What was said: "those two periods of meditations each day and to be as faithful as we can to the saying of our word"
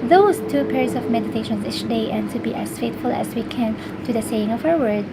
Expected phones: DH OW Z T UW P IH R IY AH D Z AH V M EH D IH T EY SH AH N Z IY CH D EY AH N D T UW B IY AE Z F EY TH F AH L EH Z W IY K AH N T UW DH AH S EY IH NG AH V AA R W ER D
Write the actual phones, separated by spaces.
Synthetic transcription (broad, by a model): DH OW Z T UW P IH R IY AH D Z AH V M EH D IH T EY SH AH N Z IY CH D EY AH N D T UW B IY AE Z F EY T F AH L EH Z W IY K AH N T UW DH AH S EY IH NG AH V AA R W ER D